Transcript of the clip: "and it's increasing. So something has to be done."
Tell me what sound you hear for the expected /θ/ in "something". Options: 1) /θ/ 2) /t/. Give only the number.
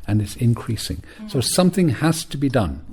1